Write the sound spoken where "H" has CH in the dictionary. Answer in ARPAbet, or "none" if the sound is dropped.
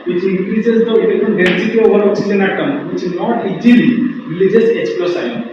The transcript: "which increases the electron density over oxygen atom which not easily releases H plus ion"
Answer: S